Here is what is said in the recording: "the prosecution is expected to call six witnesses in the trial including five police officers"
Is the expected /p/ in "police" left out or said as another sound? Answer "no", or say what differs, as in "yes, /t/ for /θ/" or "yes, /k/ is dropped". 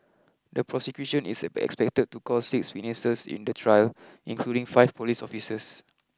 no